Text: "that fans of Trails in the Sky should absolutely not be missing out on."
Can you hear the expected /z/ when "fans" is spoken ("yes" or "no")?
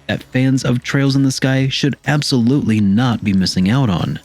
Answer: yes